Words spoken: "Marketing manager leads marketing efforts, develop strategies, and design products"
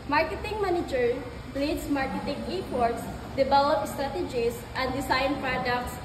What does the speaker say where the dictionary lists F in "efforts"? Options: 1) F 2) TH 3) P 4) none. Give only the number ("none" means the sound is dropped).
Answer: 3